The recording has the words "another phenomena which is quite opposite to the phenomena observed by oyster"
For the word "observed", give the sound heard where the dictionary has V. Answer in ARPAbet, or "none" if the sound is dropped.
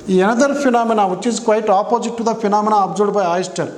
none